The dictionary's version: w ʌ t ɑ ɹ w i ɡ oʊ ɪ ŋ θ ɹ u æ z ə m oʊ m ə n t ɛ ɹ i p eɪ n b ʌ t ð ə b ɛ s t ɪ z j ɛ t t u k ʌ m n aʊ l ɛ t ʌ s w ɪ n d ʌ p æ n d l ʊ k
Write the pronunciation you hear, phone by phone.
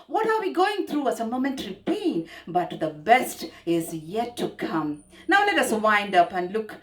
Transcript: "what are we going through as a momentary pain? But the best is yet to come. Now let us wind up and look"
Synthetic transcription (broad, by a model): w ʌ t ɑ ɹ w i ɡ oʊ ɪ ŋ t ɹ u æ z ə m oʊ m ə n t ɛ ɹ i p eɪ n b ʌ t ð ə b ɛ s t ɪ z j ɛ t t u k ʌ m n aʊ l ɛ t ʌ s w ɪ n d ʌ p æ n d l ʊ k